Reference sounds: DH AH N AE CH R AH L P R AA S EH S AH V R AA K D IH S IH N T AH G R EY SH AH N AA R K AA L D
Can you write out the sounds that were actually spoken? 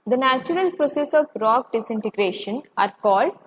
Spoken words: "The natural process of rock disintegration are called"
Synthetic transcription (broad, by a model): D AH N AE CH R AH L P R AA S EH S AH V R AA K D IH S IH N T AH G R EY SH AH N AA R K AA L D